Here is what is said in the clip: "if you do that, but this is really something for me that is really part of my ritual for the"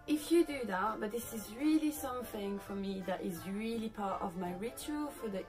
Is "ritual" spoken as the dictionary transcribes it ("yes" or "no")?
yes